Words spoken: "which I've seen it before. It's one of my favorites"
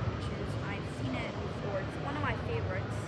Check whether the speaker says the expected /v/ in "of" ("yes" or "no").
yes